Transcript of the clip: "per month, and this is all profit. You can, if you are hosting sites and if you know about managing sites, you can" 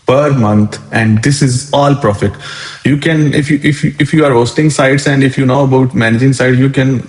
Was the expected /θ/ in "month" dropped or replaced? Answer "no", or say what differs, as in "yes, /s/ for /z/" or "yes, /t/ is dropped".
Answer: yes, /t/ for /θ/